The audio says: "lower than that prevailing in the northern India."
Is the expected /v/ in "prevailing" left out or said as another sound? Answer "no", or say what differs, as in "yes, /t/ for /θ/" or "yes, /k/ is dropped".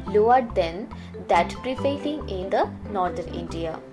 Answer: yes, /f/ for /v/